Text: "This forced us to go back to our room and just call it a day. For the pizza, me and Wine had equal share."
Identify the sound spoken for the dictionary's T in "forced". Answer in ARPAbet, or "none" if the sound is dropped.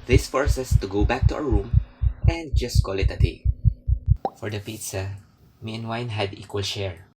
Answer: none